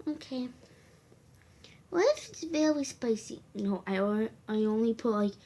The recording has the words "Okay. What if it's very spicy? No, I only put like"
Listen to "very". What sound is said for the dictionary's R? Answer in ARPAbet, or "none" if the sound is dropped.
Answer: L